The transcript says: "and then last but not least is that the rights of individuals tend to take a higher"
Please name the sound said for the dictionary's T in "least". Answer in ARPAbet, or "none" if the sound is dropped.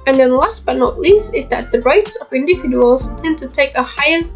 T